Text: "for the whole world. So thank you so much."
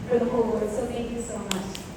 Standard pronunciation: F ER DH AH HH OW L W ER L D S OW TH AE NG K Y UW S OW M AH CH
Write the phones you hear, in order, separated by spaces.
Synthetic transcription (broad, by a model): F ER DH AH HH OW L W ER D S OW T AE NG K Y UW S OW M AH CH